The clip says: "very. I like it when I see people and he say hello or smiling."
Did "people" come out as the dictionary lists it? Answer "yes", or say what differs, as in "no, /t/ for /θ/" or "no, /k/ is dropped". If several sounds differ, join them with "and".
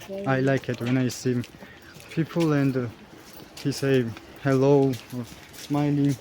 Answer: yes